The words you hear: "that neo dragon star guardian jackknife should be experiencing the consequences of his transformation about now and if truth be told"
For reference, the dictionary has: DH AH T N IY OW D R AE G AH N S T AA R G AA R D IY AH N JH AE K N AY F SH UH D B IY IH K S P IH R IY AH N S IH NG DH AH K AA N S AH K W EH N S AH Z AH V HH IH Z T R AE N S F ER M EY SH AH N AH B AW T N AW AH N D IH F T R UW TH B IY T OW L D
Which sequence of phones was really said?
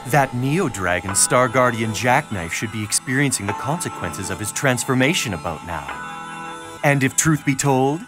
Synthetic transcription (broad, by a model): DH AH T N IY OW D R AE G AH N S T AA R G AA R D IY AH N JH AE K N AY F SH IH D B IY IH K S P IH R IY AH N S IH NG DH AH K AA N S AH K W EH N S AH Z AH V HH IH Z T R AE N S F ER M EY SH AH N AH B AW T N AW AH N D IH F T R UW TH B IY T OW L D